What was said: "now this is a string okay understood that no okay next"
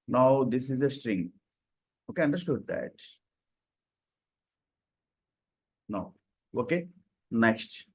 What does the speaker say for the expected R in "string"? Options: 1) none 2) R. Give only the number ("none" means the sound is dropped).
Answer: 2